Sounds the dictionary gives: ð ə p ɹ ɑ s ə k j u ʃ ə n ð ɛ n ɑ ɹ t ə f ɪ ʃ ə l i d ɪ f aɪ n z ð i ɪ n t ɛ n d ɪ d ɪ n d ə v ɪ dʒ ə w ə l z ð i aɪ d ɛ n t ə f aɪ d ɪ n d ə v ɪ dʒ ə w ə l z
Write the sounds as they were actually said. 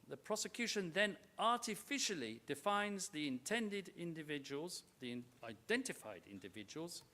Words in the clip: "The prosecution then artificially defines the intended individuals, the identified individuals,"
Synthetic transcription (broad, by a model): ð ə p ɹ ɑ s ə k j u ʃ ə n ð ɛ n ɑ ɹ t ə f ɪ ʃ ə l i d ɪ f aɪ n z ð i ɪ n t ɛ n d ɪ d ɪ n d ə v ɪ dʒ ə w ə l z ð i aɪ d ɛ n t ə f aɪ d ɪ n d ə v ɪ dʒ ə w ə l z